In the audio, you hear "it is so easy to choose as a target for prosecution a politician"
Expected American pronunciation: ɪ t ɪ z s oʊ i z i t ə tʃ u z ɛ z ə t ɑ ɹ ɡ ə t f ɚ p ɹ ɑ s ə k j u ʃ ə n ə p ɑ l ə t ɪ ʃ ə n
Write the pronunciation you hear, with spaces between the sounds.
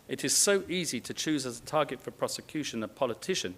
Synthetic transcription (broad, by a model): ɪ t ɪ z s oʊ i z i t ə tʃ u z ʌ z ə t ɑ ɡ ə t f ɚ p ɹ ɑ s ə k j u ʃ ə n ə p ɑ l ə t ɪ ʃ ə n